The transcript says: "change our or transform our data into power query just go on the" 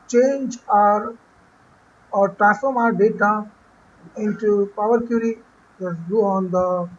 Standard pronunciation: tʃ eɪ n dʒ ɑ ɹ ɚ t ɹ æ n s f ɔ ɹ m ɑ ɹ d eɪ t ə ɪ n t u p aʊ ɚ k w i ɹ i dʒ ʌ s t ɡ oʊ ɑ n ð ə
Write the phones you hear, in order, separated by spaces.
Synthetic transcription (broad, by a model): tʃ eɪ n dʒ ɑ ɹ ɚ t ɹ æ s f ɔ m ɑ ɹ d eɪ t ə ɪ n t u p aʊ ɚ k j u ɹ i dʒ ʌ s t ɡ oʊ ɑ n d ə